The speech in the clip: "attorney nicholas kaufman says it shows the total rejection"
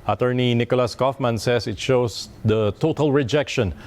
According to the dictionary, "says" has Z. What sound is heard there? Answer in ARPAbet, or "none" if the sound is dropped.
S